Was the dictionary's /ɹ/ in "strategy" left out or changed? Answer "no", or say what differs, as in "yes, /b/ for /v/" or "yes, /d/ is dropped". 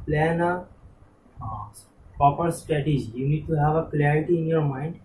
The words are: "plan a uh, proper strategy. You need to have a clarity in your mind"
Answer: yes, /ɹ/ is dropped